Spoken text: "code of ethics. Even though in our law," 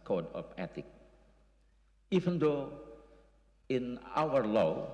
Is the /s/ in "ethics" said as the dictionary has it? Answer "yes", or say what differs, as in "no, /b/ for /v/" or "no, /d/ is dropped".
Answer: no, /s/ is dropped